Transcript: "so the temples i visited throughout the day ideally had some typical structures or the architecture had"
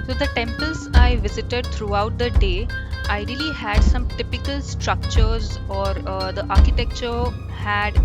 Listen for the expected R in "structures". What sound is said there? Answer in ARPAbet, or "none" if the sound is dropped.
R